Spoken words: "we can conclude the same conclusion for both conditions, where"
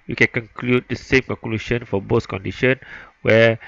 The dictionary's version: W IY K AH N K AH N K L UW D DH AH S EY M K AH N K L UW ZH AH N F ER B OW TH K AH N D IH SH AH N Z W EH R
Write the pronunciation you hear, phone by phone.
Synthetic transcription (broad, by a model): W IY K AH N K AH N K L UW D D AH S EY M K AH K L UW SH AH N F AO B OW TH K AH N D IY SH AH N W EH